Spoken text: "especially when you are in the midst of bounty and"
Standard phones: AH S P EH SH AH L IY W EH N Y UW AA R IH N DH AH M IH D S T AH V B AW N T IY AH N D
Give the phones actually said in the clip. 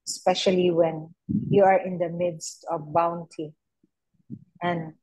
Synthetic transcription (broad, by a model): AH S P EH SH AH L IY W EH N Y UW AA R IH N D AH M IH D S T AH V B AW N T IY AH N D